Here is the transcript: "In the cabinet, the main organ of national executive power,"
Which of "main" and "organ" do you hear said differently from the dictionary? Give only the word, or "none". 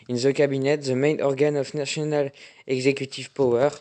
none